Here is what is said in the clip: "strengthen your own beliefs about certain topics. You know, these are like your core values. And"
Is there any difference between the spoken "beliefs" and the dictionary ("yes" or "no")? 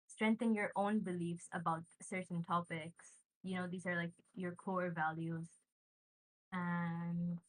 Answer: no